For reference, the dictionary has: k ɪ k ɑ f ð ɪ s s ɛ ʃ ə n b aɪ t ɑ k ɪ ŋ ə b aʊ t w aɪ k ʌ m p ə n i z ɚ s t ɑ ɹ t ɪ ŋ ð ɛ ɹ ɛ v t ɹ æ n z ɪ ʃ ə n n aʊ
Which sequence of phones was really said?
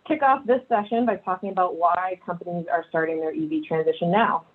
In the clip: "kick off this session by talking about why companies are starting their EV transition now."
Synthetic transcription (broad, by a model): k ɪ k ɑ f ð ɪ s s ɛ ʃ ə n b aɪ t ɑ k ɪ ŋ ə b aʊ t w aɪ k ʌ m p ə n i z ɚ s t ɑ ɹ t ɪ ŋ ð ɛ ɹ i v t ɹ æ n z ɪ ʃ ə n n aʊ